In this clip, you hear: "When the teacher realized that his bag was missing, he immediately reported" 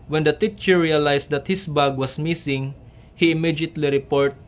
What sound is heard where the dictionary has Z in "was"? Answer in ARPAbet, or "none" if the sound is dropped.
S